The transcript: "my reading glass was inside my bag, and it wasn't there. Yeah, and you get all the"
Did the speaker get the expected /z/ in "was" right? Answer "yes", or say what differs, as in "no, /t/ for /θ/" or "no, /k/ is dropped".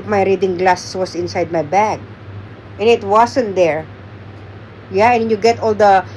no, /s/ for /z/